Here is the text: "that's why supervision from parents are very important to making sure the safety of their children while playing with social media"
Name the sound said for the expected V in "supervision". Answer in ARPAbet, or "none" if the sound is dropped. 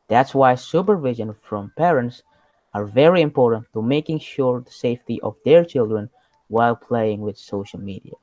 V